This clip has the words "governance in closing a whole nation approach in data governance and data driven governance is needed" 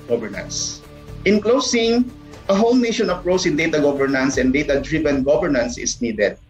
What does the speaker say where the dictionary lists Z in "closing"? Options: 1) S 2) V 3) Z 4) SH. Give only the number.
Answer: 1